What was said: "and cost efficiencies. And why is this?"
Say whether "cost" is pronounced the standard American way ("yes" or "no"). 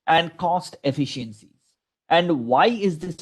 yes